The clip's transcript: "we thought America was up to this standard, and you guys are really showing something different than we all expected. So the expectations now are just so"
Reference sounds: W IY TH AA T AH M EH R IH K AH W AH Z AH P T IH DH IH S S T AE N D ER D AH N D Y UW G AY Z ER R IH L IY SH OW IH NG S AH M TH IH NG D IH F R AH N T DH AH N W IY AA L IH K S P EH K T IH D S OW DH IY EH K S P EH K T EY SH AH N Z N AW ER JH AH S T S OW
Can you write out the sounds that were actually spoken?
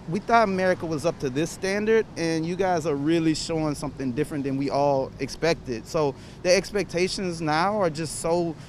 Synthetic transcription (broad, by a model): W IY TH AA T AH M EH R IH K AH W AH Z AH P T IH DH IH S S T AE N D ER D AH N Y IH G AY Z ER R IH L IY SH OW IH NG S AH M TH IH NG D IH F R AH N DH AH N W IY AA L IH K S P EH K T IH D S OW DH IY EH K S P EH K T EY SH AH N Z N AW ER JH AH S T S OW